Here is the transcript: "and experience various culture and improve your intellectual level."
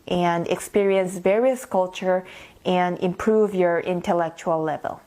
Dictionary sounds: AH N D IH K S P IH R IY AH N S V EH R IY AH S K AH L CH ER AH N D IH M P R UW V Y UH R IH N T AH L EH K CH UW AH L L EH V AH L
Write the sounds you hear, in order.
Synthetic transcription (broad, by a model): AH N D IH K S P IH R IY AH N S V EH R IY AH S K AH L CH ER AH N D IH M P R UW V Y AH R IH N T AH L EH K CH UW AH L L EH V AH L